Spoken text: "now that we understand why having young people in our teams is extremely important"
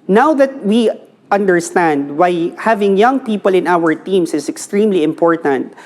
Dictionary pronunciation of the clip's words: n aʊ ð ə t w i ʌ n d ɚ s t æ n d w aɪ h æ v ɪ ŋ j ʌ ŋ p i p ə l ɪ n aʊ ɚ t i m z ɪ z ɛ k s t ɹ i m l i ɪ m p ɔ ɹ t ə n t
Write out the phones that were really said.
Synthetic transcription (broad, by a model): n aʊ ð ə t w i ʌ n d ɚ s t æ n d w aɪ h æ v ɪ ŋ j ʌ ŋ p i p ə l ɪ n aʊ ɚ t i m s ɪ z ɛ k s t ɹ i m l i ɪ m p ɔ ɹ t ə n t